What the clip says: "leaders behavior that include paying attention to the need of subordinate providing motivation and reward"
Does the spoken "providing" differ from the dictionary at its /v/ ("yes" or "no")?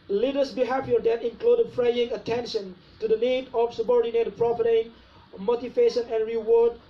yes